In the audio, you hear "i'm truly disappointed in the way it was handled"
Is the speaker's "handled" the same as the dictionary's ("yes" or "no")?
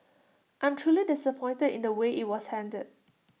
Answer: no